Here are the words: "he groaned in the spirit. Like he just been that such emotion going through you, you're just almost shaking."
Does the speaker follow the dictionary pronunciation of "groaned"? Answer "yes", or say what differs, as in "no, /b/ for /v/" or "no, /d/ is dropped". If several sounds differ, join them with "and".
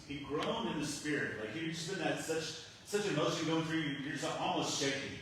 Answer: no, /d/ is dropped